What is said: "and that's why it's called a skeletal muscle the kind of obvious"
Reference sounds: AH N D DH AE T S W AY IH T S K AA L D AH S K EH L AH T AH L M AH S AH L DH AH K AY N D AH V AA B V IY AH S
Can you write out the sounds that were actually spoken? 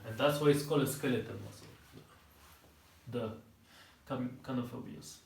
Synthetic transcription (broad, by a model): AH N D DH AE T S W AY IH T S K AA L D AH S K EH L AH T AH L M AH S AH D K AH K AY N AH F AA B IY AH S